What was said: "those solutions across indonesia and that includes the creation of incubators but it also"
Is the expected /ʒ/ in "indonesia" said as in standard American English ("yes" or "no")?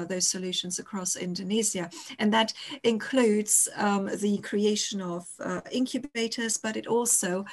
no